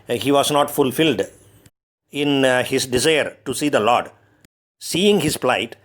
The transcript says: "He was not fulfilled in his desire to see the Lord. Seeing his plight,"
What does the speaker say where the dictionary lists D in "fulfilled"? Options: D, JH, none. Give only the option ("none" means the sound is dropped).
D